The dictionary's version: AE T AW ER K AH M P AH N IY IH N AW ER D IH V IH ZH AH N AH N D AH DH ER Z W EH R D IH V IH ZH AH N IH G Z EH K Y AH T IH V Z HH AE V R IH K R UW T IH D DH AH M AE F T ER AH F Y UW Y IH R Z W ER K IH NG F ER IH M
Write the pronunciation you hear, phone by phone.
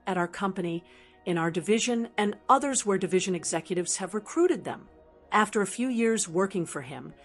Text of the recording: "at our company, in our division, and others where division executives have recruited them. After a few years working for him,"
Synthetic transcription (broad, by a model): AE T AW ER K AH M P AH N IY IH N AW ER D IH V IH ZH AH N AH N AH DH ER Z W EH R D IH V IH ZH AH N IH G Z EH K Y AH T IH V Z HH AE V R IH K R UW T IH D DH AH M AE F T ER AH F Y UW Y IH R Z W ER K IH NG F ER IH M